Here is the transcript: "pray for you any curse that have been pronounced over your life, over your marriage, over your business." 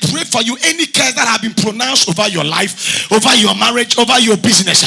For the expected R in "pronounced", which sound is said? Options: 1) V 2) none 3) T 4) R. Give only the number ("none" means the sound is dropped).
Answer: 4